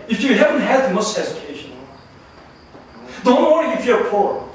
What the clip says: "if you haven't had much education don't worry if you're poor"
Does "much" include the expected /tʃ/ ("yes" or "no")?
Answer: no